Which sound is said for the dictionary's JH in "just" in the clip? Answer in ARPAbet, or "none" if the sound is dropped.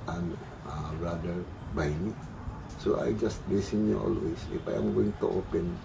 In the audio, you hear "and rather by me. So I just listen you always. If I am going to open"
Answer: JH